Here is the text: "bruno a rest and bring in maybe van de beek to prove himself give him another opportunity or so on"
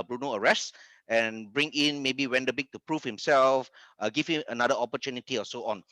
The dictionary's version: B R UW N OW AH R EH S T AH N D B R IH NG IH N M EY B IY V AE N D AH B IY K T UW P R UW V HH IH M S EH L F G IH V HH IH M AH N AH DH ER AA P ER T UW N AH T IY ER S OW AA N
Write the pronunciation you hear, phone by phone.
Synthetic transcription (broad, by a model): B R UW N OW AH R EH S T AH N B R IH NG IH N M EY B IY W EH N D AH B IY K T UW P R UW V HH IH M S EH L F G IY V HH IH M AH N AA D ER AA P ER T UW N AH T IY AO S OW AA N